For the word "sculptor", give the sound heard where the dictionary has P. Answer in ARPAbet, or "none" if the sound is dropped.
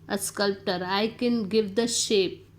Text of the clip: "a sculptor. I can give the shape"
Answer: P